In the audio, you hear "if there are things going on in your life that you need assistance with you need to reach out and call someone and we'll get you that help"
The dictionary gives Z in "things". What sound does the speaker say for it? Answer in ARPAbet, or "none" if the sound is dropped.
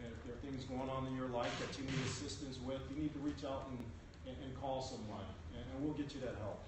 Z